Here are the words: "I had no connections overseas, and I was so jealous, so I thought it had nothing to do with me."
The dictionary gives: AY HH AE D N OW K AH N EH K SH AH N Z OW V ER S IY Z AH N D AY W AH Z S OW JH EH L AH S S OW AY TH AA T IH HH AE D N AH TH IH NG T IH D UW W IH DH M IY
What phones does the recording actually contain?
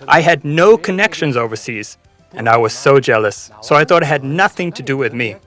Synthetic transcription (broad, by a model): AY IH D N OW K AH N EH K SH AH N Z OW V ER S IY Z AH N AY W AH Z S OW JH EH L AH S S OW AY TH AA T IH HH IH D N AH TH IH NG T IH D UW W IH DH M IY